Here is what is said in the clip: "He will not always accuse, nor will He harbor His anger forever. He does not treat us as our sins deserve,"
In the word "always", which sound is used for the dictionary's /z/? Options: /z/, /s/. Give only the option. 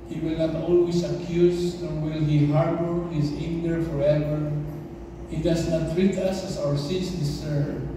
/s/